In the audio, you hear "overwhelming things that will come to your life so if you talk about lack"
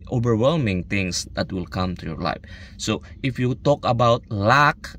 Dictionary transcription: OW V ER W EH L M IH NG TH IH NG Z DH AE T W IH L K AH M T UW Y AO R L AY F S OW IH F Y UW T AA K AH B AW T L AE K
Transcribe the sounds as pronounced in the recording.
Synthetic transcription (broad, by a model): OW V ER W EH L M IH NG T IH NG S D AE T W IH L K AH M T UW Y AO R L AY F S OW IH F Y UW T AA K AH B AW T L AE K